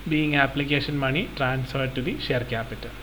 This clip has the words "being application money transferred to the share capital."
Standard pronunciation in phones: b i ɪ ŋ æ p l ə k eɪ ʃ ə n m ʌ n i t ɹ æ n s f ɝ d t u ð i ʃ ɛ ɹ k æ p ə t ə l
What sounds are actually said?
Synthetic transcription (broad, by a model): b i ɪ ŋ æ p l ə k eɪ ʃ ə n m ʌ n i t ɹ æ n s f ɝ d t u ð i ʃ ɛ ɹ k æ p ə t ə l